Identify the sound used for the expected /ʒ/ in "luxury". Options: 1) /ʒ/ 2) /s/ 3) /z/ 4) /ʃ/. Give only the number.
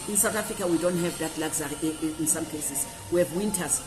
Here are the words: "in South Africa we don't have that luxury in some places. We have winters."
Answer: 3